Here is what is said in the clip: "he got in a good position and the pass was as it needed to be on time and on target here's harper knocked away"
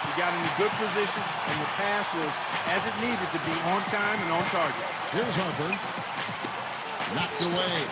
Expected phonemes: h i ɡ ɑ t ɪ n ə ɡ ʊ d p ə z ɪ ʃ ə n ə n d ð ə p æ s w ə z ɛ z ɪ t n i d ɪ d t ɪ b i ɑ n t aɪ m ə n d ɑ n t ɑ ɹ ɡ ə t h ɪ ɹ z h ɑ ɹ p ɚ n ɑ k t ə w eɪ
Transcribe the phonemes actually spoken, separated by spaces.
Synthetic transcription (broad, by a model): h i ɡ ɑ t ɪ n ə ɡ ʊ d p ə z ɪ ʃ ə n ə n ð ə p æ s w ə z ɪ z ɪ t n i d ɪ d t ɪ b i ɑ n t aɪ m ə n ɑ n t ɑ ɹ ɡ ə t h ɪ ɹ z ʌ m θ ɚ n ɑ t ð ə w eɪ